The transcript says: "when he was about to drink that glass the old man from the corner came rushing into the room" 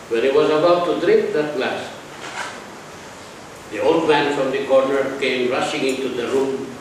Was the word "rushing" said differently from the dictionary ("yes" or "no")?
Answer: no